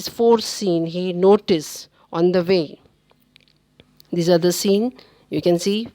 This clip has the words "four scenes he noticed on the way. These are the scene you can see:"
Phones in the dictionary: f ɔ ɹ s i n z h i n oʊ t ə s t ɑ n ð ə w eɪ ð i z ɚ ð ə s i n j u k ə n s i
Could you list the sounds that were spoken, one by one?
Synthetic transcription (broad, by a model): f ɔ ɹ s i n h i n oʊ t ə s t ɑ n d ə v eɪ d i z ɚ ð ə s i n j u k ə n s i